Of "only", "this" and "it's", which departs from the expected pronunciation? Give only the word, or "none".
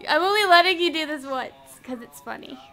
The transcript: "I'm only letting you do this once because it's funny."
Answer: only